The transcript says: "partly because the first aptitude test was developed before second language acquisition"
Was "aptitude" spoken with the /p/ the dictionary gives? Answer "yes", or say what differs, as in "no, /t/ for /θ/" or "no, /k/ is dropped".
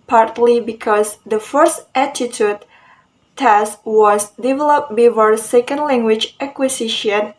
no, /p/ is dropped